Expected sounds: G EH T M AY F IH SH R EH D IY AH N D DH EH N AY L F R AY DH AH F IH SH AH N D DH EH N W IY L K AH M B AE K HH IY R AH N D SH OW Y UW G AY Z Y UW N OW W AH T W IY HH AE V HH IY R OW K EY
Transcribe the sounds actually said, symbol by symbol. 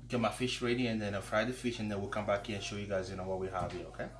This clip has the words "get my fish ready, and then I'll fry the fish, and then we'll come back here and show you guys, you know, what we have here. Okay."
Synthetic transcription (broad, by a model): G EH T M AY F IH SH R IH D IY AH N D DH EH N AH F R AY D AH F IH SH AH N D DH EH N W IY L K AH M B AE K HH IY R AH N SH OW Y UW G AY Z Y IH N OW W AH T W IY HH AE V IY OW K EY